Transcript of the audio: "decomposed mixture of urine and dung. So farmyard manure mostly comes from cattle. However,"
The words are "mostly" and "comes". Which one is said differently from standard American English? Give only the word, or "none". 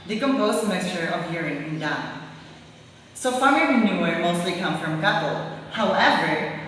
comes